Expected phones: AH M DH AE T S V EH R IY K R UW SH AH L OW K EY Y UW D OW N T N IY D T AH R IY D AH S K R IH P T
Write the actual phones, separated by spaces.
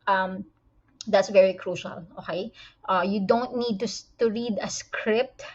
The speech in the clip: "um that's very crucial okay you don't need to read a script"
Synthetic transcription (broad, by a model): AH M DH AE T S V EH R IY K R UW SH AH L OW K EY Y UW D OW N T N IY D T AH R IY D AH S K R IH P T